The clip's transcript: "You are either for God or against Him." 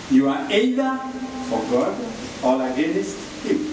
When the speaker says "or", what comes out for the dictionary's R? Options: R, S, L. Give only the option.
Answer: L